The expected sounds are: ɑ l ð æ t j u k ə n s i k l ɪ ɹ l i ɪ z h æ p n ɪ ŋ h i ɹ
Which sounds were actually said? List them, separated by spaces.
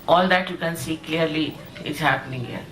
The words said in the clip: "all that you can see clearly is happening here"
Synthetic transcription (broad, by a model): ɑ l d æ t j u k ə n s i k l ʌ ɹ l i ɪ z h æ p n ɪ ŋ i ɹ